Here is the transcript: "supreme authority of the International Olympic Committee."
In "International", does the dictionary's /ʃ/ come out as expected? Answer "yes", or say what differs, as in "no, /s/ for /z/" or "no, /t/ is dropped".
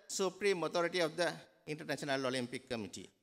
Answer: no, /s/ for /ʃ/